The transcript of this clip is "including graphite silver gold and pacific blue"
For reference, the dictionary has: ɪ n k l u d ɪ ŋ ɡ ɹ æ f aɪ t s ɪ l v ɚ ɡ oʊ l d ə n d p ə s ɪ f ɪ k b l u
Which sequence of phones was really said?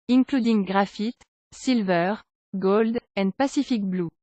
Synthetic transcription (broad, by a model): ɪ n k l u d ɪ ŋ ɡ ɹ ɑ f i t s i l v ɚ ɡ oʊ l d ə n d p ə s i f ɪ k b l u